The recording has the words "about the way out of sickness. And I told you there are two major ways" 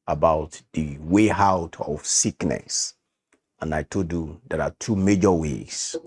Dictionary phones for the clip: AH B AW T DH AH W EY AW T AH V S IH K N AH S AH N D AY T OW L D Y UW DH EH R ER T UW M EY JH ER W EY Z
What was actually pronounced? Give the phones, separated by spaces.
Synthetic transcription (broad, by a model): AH B AW T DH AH W EY AW T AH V S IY K N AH S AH N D AY T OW D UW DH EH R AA T UW M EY JH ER W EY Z